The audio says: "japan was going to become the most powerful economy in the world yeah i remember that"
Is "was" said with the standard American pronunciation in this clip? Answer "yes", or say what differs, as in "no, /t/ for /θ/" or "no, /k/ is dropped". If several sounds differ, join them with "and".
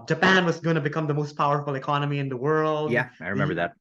yes